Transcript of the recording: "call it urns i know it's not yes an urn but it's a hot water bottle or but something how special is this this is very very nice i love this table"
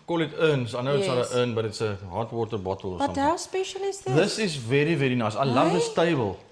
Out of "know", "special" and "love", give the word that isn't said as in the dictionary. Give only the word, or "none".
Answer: none